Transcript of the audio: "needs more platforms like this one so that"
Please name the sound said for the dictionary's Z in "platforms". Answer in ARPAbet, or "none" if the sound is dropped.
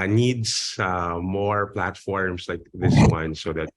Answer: S